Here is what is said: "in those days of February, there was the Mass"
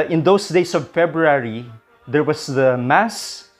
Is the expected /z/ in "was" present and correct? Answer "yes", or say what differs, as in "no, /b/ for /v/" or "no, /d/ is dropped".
no, /s/ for /z/